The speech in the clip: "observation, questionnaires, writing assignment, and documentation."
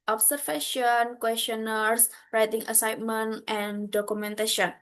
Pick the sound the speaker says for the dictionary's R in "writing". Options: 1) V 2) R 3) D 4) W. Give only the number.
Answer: 2